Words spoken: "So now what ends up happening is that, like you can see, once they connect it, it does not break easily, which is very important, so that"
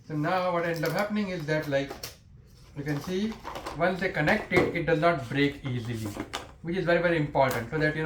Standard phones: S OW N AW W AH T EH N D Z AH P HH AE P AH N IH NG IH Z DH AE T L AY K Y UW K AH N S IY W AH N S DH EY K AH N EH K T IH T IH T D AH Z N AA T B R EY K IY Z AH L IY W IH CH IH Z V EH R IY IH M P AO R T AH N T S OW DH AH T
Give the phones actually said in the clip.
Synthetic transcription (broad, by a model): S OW N AW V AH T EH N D AH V HH AE P AH N IH NG IH Z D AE T L AY K Y UW K AH N S IY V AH N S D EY K AH N EH K T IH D IH T D AH Z N AA T B R EY K IY Z AH L IY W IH CH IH Z V EH R IY IH M P AO R T AH N T S OW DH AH T